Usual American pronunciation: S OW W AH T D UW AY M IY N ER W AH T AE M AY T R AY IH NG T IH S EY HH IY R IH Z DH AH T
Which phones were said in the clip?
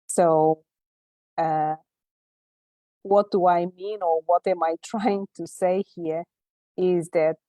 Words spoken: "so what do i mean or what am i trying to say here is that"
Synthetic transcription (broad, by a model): S OW W AH T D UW AY M IY N ER W AH T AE M AY T R AY IH NG T IH S EY HH IY R IH Z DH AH T